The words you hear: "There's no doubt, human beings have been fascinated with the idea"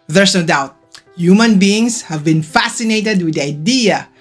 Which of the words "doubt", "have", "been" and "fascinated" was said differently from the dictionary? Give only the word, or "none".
none